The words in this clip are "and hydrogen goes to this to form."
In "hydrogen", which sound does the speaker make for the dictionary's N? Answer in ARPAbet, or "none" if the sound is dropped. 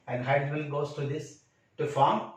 L